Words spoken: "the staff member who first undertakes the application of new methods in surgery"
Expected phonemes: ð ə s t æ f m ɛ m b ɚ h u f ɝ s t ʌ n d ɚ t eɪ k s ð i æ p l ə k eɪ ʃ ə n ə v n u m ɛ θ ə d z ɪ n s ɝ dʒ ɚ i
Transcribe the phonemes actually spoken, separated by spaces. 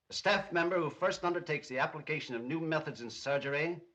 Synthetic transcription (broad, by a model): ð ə s t æ f m ɛ m b ɚ h u f ɝ s t ʌ n d ɚ t eɪ k s ð i æ p l ə k eɪ ʃ ə n ə v n u m ɛ θ ə d z ɪ n s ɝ dʒ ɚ i